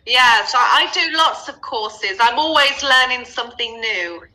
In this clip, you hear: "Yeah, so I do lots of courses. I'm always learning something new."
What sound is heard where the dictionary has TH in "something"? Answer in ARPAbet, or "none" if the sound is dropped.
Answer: TH